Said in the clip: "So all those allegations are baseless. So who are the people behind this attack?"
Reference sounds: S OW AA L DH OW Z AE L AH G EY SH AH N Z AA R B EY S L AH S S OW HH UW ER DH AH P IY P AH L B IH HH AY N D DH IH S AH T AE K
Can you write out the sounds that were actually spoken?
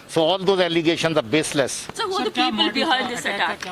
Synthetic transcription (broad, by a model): S OW AA L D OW Z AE L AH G EY SH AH N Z AA R B EY S L AH S S OW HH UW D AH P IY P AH L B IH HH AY L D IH S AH T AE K